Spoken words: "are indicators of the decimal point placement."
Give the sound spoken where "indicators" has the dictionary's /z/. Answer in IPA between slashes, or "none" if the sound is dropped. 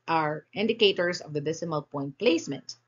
/s/